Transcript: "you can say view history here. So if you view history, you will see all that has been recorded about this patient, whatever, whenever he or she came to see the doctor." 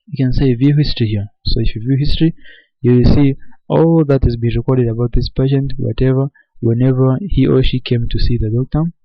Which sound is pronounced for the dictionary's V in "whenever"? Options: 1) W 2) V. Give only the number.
2